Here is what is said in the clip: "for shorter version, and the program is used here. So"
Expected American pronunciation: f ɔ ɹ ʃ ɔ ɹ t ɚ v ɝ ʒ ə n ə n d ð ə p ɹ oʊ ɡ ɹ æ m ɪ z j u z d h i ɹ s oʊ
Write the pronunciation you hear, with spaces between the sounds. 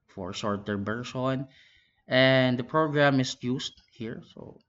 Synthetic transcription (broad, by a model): f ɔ ɹ s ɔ ɹ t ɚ b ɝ s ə n ə n d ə p ɹ oʊ ɡ ɹ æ m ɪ s j u s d h i ɹ s oʊ